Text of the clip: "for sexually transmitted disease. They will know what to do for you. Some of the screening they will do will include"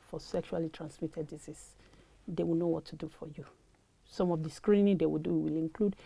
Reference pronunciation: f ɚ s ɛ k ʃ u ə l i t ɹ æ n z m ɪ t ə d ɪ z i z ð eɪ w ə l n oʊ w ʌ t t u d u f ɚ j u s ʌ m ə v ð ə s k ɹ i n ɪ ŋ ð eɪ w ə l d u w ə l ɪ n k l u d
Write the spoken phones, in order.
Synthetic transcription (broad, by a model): f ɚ s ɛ k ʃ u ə l i t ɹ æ n s m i t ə d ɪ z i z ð eɪ w ə l n oʊ w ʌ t t u d u f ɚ j u s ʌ m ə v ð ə s k ɹ i n ɪ ŋ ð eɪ w ə l d u w ə l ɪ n k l u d